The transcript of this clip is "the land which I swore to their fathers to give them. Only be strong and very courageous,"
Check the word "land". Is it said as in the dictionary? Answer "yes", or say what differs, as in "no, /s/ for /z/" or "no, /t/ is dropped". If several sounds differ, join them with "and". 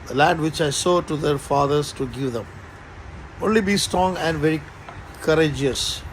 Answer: no, /n/ is dropped